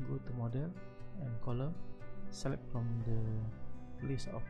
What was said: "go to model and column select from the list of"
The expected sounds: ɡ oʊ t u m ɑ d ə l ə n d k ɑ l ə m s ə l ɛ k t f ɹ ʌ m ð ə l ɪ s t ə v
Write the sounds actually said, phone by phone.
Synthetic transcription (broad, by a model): ɡ oʊ t u m ɑ d ə l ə n k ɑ l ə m s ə l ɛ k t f ɹ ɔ m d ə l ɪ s ə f